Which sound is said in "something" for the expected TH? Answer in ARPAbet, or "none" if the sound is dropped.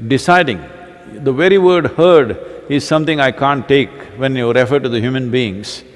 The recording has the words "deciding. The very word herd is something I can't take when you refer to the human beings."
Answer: T